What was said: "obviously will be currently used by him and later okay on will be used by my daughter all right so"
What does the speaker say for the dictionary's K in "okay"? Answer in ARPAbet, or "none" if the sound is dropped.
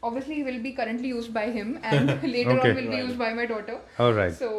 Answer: none